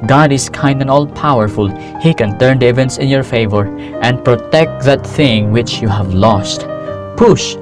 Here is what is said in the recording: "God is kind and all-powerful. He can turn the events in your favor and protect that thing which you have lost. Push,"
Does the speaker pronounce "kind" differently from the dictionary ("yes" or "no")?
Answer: no